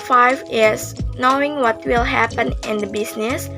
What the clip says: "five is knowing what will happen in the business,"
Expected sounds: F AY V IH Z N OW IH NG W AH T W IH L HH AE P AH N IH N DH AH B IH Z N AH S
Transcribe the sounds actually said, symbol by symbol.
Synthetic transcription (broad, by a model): F AY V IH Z N OW IH NG W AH T W IH L HH AE P AH N IH N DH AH B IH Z N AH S